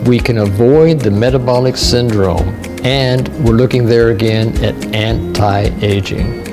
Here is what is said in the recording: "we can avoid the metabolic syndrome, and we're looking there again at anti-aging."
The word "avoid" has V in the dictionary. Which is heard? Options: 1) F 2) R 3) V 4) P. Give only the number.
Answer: 3